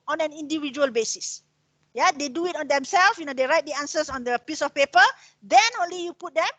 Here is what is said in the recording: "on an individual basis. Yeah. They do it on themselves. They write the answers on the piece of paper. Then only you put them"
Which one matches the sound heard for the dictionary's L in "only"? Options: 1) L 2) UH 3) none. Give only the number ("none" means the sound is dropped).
1